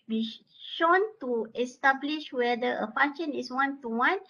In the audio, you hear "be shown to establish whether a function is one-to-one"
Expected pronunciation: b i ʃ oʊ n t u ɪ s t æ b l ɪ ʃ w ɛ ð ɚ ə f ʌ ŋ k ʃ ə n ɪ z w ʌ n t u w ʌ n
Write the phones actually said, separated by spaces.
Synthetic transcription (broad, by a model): b i ʃ oʊ n t u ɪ s t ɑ b l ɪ ʃ w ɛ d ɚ ə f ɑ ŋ ʃ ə n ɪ s w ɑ n t u w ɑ n